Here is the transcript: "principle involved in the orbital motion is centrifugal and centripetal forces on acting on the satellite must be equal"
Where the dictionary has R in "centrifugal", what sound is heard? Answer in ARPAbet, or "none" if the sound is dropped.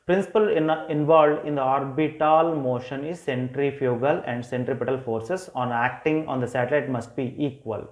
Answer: R